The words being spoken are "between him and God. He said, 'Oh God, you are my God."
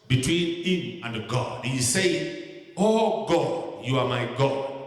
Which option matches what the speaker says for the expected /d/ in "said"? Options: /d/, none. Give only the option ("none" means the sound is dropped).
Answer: none